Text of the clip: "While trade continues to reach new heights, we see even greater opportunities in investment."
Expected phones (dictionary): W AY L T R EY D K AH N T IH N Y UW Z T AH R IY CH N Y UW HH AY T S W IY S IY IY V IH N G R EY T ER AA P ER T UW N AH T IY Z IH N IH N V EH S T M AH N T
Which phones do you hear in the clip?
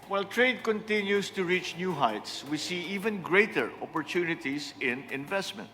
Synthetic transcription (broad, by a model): W AY L T R EY D K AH N T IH N Y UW S T AH R IY CH N Y UW HH AY T S W IY S IY IY V IH N G R EY T ER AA P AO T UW N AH T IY S IH N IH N V EH S T M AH N T